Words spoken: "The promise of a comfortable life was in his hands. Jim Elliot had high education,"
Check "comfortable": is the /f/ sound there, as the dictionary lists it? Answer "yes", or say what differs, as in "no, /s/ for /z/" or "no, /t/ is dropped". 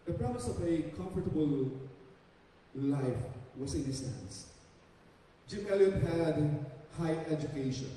yes